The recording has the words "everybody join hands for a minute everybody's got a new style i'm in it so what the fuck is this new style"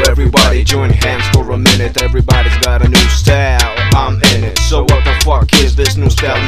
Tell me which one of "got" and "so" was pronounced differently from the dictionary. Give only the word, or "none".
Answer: none